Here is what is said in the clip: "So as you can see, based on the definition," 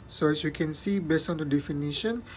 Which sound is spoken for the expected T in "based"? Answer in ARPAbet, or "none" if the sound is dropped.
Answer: none